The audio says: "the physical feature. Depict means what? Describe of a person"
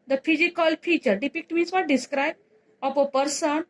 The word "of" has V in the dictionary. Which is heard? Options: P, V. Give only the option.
P